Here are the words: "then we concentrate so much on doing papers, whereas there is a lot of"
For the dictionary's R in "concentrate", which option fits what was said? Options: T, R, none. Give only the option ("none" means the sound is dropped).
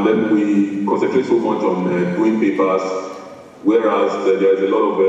none